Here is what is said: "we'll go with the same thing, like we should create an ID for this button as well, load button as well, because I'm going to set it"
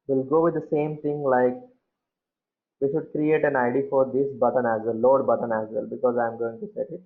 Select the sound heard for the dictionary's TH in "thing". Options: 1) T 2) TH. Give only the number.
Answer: 1